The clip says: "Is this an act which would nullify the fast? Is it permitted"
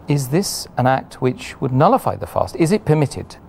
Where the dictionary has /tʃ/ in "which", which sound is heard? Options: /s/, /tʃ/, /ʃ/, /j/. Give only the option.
/tʃ/